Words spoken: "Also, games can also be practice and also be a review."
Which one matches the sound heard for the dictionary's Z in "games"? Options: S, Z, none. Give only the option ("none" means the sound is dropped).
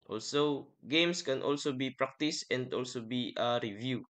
S